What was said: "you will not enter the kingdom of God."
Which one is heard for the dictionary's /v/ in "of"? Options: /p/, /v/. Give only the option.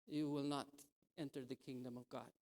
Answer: /v/